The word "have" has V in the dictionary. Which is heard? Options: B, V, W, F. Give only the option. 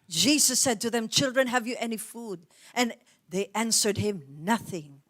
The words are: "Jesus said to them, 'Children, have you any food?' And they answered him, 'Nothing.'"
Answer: V